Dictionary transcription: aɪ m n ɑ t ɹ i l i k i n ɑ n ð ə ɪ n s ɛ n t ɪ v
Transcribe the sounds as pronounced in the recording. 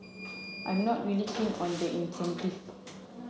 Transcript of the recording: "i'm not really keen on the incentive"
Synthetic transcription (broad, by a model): aɪ m n ɑ t ɹ i l i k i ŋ ɑ n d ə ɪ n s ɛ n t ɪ